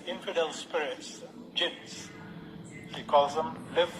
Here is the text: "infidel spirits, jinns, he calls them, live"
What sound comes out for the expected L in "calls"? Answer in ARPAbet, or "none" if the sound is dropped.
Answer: none